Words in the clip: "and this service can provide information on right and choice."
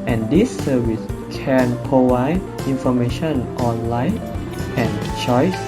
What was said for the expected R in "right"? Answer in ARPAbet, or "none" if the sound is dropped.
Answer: L